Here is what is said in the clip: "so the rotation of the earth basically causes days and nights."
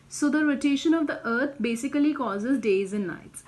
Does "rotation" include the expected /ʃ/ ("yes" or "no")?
yes